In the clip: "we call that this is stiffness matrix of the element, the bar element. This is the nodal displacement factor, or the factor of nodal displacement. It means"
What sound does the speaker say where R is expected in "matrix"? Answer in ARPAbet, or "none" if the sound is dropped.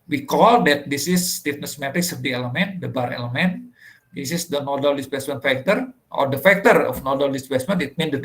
none